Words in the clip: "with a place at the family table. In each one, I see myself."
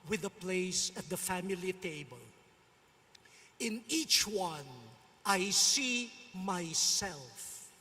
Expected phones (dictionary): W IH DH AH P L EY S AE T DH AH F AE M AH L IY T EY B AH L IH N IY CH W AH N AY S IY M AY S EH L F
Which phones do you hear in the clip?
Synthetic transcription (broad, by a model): W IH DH AH P L EY S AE T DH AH F AE M AH L IY T EY B AH L IH N IY CH W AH N AY S IY M AY S EH L F